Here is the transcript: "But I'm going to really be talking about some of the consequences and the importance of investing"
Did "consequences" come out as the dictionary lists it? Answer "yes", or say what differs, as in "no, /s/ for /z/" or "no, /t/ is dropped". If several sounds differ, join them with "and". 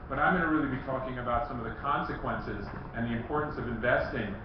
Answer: yes